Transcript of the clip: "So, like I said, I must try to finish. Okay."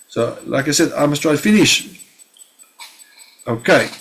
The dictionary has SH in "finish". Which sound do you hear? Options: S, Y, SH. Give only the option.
SH